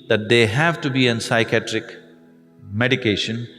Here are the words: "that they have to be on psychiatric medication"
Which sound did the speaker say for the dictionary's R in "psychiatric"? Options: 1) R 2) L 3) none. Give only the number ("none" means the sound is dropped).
1